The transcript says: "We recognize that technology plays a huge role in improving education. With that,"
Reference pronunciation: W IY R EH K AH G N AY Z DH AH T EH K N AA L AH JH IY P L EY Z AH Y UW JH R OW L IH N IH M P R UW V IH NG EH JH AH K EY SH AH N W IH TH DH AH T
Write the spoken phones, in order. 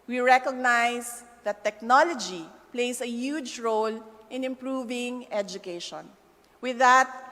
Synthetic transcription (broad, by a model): W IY R EH K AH G N AY S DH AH T EH K N AA L AH JH IY P L EY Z AH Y UW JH R OW L IH N IH M P R UW V IH NG EH JH AH K EY SH AH N W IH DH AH T